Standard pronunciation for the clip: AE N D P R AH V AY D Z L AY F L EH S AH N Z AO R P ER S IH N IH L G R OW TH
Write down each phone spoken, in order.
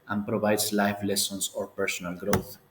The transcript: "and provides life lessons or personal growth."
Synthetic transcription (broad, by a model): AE N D P R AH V AY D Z L AY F L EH S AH N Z AO R P ER S IH N IH L G R OW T